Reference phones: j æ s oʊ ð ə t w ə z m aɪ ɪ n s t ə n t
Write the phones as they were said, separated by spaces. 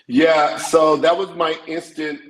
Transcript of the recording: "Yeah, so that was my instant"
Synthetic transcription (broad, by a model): j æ s oʊ ð ə t w ə z m aɪ ɪ n s t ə n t